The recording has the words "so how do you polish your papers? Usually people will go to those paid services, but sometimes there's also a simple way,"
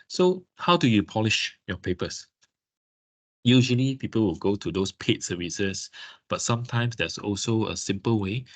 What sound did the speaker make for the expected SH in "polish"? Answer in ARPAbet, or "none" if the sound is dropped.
SH